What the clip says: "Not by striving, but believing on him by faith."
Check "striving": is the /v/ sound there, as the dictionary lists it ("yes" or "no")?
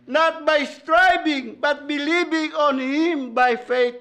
no